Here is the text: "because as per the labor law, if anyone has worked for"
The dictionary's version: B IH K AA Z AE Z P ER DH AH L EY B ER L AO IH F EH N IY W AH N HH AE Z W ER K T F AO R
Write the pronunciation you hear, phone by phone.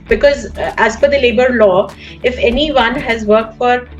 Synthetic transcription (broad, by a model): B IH K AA Z AE Z F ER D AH L EY B ER L AO IH F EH N IY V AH N HH AE Z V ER K T F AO R